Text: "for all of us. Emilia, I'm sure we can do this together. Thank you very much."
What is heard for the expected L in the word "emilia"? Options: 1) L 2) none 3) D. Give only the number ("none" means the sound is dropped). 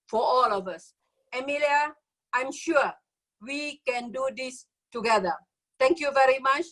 1